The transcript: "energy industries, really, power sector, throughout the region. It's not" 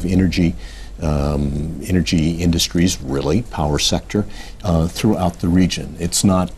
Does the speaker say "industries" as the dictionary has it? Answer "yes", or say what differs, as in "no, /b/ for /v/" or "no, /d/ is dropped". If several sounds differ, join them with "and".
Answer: yes